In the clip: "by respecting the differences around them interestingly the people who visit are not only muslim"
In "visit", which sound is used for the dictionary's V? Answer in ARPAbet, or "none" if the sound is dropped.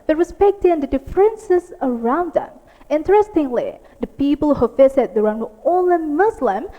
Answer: F